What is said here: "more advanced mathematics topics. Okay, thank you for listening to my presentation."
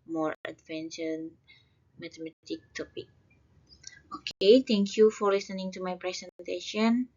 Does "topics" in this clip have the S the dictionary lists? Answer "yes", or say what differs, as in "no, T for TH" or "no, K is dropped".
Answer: no, S is dropped